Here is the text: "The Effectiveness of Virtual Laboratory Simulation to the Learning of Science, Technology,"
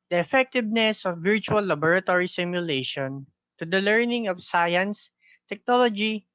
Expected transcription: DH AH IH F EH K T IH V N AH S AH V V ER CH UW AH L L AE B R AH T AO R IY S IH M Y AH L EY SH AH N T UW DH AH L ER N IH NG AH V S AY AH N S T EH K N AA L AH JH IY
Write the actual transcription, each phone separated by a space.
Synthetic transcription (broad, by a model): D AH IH F EH K T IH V N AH S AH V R CH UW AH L L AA B R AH T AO R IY S IH M Y AH L EY SH AH N T UW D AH L ER N IH NG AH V S AY AH N S T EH K N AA L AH JH IY